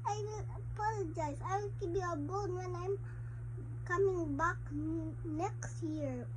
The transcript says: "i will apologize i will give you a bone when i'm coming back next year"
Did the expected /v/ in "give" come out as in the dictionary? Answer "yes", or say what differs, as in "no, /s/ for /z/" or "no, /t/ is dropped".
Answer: no, /b/ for /v/